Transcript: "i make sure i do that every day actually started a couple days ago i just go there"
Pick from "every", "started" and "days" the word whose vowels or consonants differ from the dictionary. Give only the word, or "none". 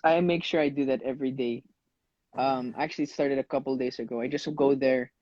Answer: days